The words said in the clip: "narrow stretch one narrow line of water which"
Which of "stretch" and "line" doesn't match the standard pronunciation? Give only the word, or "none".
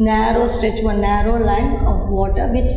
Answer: none